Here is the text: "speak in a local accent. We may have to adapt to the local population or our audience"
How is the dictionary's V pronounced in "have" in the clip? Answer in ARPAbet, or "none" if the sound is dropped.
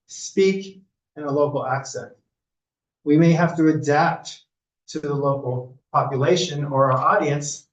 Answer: F